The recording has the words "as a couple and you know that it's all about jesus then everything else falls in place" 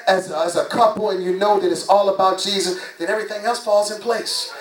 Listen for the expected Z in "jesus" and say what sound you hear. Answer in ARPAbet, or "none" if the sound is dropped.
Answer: Z